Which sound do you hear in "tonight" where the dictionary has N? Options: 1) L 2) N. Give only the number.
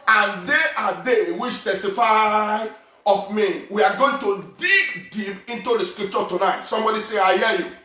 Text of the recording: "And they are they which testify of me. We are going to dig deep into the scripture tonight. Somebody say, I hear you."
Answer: 2